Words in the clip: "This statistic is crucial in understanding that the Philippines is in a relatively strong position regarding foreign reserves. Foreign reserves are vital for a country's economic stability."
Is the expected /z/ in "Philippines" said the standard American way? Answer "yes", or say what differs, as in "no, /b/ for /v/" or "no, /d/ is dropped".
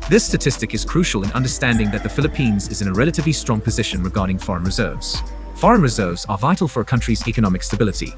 yes